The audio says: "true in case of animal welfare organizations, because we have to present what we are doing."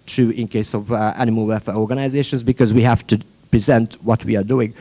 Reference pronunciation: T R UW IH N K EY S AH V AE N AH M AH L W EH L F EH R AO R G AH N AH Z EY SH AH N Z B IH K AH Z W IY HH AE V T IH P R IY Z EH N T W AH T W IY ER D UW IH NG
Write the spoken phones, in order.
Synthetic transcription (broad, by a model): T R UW IH N K EY S AH V AE N AH M AH L W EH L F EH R AO R G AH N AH Z EY SH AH N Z B IH K AH Z W IY HH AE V T IH P R IY Z EH N T W AH T W IY ER D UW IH NG